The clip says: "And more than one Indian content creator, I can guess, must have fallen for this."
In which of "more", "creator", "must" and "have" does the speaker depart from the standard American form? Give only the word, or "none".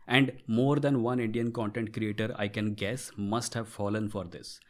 none